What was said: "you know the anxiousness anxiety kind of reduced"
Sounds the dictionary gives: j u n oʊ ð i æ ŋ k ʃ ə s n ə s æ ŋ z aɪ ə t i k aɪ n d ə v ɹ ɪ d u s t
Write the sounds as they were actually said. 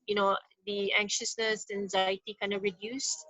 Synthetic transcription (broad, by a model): j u n oʊ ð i æ ŋ k ʃ ə s n ə s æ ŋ z aɪ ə t i k aɪ n d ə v ɹ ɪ d u s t